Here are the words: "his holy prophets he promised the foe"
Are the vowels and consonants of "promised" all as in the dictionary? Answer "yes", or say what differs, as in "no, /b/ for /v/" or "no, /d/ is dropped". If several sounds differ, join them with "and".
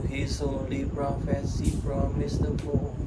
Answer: no, /f/ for /p/